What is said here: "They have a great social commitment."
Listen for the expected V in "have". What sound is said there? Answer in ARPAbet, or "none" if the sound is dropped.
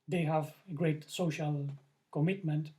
V